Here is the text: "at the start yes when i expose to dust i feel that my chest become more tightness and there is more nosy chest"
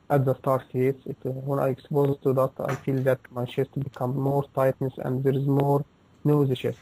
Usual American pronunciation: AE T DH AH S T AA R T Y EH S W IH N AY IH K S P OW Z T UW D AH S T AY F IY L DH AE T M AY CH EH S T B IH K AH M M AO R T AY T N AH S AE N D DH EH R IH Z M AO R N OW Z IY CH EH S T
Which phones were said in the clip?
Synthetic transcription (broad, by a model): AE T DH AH S T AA R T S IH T W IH N AY IH K S P OW Z T UW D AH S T AY F IY L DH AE T M AY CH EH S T B IH K AH M M AO R T AY T N AH S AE N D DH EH R IH Z M AO R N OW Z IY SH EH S